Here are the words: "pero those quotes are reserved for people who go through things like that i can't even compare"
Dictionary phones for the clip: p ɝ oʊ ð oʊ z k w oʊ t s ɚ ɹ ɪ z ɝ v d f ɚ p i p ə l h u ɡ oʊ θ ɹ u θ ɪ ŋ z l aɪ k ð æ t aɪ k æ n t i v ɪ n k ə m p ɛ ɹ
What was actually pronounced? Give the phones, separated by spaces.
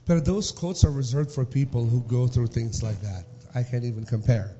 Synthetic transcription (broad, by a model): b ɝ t ð oʊ z k oʊ t s ɚ ɹ ɪ z ɝ v d f ɚ p i p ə l h u ɡ oʊ θ ɹ u θ ɪ ŋ z l aɪ k ð æ t aɪ k æ n t i v ɪ n k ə m p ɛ ɹ